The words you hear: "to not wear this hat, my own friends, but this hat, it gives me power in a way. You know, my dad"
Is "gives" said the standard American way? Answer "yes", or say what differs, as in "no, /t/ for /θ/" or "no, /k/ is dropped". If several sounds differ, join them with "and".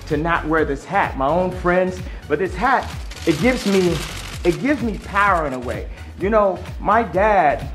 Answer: yes